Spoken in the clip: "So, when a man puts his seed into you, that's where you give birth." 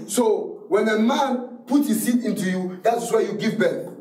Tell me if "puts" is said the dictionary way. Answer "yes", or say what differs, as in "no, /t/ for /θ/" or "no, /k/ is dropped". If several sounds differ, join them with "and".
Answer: no, /s/ is dropped